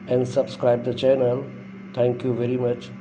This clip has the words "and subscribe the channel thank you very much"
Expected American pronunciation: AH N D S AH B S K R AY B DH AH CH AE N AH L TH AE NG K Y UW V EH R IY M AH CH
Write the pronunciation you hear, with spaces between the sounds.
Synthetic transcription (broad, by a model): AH N D S AH B S K R AY B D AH CH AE N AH L T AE NG K Y UW V EH R IY M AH CH